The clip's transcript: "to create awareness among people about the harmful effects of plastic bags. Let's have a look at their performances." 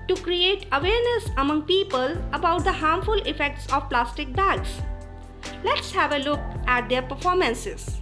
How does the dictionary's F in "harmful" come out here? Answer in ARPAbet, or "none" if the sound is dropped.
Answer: F